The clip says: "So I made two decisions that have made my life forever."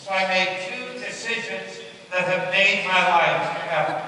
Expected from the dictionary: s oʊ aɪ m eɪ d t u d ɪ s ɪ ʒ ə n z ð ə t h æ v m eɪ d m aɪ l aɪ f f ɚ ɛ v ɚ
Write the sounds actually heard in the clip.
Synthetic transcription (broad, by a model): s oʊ aɪ m eɪ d t u d ɪ s ɪ ʒ ə n z ð ə t h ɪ v m eɪ d m aɪ l aɪ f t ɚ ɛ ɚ